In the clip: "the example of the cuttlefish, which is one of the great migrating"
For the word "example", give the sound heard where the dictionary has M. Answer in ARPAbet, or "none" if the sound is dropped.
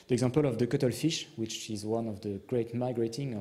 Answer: none